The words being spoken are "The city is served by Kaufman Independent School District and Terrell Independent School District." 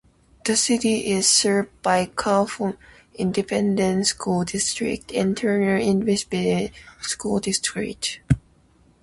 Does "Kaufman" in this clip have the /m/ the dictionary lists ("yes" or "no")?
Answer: no